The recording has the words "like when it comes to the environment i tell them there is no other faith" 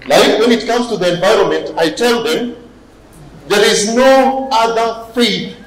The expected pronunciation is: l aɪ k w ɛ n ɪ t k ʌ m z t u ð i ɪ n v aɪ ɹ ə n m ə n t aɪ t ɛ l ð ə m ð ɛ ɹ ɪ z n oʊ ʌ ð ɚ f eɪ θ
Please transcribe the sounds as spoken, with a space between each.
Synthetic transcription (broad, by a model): l aɪ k w ɛ n ɪ t k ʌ m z t u ð i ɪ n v aɪ ɹ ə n m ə n t aɪ t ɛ l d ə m ð ɛ ɹ ɪ z n oʊ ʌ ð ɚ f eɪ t